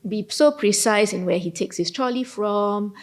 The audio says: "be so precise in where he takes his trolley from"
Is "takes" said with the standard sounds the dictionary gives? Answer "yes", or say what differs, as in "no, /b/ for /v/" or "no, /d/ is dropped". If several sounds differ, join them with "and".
yes